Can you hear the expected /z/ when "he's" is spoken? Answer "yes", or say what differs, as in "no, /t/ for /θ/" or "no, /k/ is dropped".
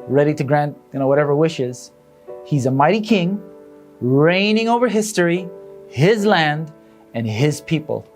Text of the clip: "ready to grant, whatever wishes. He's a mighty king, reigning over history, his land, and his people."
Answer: yes